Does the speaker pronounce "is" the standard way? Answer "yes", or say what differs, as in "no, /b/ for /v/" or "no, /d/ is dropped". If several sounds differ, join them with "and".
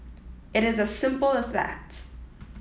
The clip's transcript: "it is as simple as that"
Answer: yes